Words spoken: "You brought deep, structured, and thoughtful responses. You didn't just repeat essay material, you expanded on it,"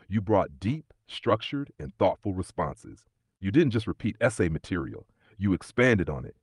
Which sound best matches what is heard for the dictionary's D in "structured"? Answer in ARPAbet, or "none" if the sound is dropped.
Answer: D